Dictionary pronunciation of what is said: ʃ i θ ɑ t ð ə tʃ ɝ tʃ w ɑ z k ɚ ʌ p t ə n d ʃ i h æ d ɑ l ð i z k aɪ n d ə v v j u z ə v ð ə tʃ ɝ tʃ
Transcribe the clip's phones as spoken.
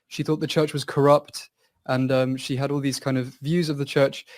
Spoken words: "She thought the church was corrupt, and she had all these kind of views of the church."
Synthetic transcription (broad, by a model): ʃ i θ ɑ t ð ə tʃ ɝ tʃ w ɑ z k ɚ ʌ p t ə n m ʃ i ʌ d ɑ l ð i z k aɪ n d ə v v j u z ə v ð ə tʃ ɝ tʃ